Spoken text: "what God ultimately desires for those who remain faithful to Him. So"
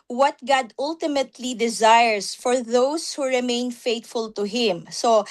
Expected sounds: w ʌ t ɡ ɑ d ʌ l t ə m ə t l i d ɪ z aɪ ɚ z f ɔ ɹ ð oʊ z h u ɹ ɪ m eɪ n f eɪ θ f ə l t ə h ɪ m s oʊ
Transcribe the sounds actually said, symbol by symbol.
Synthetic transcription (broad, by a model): w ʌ t ɡ ɑ d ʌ l t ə m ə t l i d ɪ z aɪ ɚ s f ɔ ɹ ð oʊ s h u ɹ ɪ m eɪ n f eɪ t f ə l t ə h ɪ m s oʊ